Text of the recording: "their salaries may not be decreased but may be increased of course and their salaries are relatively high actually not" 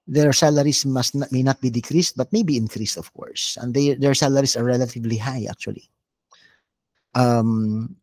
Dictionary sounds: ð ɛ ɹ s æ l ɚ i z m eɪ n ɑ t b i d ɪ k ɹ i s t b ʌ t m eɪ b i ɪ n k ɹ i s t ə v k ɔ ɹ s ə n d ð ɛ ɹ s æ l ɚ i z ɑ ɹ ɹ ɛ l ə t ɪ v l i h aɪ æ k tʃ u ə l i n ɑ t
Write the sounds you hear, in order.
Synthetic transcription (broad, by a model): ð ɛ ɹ s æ l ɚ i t m eɪ n ɑ t b i d ɪ k ɹ i s t b ʌ t m eɪ b i ɪ n k ɹ i s t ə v k ɔ ɹ s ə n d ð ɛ ɹ s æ l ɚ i s ɑ ɹ ɹ ɛ l ə t ɪ v l i h aɪ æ k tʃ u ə l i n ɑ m